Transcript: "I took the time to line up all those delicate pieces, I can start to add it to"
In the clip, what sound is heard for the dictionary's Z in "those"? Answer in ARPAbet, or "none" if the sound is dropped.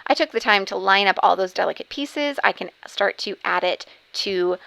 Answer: Z